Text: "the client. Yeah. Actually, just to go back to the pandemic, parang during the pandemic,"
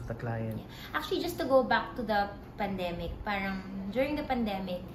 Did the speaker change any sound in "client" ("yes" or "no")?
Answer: yes